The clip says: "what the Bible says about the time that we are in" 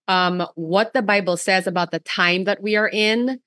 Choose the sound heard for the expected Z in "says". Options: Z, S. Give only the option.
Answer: Z